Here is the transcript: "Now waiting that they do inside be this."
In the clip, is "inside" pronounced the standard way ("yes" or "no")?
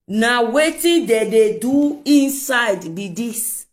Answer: yes